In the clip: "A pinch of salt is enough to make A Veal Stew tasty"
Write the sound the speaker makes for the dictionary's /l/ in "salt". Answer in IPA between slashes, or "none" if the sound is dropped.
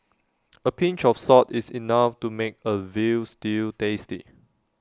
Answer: none